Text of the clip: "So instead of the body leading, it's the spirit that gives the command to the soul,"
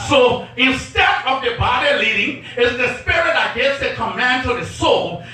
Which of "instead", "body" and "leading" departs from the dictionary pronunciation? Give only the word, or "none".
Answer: none